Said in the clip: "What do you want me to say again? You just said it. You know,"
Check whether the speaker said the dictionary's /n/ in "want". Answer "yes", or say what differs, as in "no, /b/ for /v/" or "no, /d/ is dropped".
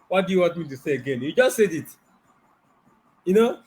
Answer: no, /n/ is dropped